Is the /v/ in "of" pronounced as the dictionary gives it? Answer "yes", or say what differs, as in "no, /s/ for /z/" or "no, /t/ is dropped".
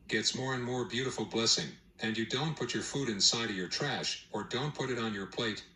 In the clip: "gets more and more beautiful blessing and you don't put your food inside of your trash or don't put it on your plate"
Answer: yes